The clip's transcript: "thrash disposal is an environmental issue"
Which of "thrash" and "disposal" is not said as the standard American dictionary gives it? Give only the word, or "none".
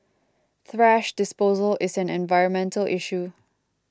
none